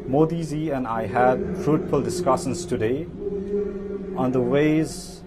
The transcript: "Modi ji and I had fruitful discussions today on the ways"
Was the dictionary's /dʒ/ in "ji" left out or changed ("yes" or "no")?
yes